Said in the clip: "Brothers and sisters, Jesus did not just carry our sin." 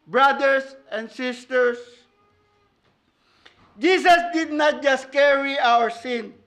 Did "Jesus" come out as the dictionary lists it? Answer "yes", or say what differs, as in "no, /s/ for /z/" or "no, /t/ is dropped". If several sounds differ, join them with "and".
no, /s/ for /z/